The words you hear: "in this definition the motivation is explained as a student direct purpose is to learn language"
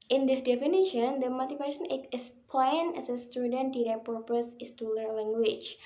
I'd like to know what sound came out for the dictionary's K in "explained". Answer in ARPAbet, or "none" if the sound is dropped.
none